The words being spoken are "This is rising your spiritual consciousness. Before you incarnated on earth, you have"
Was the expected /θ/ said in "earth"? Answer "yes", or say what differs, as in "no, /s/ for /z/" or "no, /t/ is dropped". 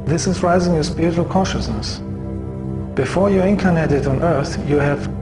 yes